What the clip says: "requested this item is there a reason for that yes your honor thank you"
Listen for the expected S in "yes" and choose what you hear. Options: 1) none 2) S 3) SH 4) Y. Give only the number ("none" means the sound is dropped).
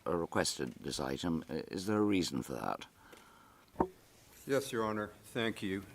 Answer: 2